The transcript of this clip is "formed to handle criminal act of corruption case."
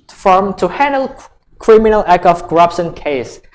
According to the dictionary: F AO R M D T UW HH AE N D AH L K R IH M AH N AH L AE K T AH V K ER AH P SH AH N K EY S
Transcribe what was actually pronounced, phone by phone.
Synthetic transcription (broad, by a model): F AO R M T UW HH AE N D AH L K R IH M AH N AH L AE K AH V K ER AH P SH AH N K EY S